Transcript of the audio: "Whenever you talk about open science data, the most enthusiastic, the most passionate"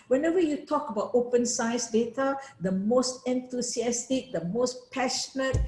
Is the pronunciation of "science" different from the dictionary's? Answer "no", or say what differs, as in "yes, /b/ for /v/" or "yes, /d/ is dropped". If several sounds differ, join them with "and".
yes, /n/ is dropped